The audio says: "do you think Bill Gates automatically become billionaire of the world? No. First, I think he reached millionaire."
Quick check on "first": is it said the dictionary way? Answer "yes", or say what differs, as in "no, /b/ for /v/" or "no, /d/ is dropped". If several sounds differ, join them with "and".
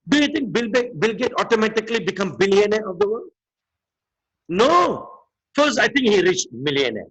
no, /t/ is dropped